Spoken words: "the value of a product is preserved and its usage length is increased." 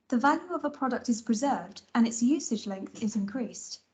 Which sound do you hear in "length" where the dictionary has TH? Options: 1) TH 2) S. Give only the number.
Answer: 1